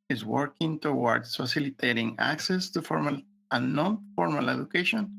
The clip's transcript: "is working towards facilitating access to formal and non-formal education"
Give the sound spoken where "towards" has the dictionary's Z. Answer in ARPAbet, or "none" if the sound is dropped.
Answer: S